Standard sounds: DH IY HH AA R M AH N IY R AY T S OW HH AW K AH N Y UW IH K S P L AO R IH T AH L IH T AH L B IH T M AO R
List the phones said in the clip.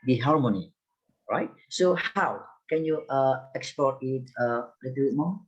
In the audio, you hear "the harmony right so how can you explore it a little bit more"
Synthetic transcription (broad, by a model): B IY HH AA R M AH N IY R AY T S OW HH AW K AH N Y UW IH K S P AO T IH T AH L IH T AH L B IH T M AO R